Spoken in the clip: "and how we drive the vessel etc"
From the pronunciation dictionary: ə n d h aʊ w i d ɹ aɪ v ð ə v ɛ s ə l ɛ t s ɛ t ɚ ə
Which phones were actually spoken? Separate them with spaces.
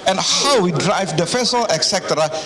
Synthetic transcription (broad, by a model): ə n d h aʊ w i d ɹ aɪ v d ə f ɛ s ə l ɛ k s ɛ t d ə